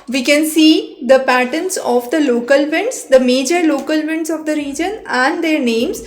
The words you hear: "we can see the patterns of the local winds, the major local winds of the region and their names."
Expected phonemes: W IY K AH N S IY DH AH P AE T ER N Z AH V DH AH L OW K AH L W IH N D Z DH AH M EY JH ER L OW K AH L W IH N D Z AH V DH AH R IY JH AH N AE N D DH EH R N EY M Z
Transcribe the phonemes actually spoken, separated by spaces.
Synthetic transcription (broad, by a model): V IY K AH N S IY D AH P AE T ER N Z AH V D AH L OW K AH L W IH N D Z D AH M EY JH ER L OW K AH L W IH N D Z AH V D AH R IY JH AH N AE N D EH R N EY M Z